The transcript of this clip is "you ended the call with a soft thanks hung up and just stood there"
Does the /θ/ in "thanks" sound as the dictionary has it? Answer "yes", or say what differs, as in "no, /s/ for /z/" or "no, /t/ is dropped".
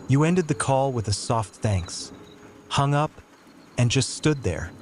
yes